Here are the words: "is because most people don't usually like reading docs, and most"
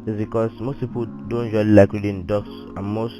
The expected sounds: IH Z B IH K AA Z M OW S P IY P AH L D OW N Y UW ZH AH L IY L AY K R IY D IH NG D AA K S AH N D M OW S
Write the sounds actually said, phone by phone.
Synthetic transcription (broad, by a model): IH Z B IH K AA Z M OW S P IY P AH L D OW N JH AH IY L AY K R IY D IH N D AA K S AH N M OW S